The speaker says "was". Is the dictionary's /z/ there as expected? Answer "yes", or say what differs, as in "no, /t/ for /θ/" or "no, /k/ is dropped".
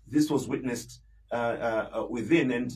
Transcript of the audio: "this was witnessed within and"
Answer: yes